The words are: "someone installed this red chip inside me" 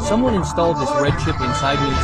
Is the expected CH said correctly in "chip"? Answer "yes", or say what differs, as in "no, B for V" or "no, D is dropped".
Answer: no, SH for CH